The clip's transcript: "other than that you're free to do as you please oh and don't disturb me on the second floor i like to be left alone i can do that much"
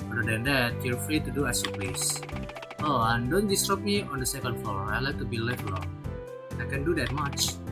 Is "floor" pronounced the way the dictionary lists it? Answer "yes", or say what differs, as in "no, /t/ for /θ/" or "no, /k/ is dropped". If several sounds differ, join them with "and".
no, /l/ is dropped